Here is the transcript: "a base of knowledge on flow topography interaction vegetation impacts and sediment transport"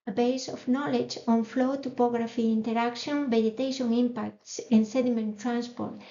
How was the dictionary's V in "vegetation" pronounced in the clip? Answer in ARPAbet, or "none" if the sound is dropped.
B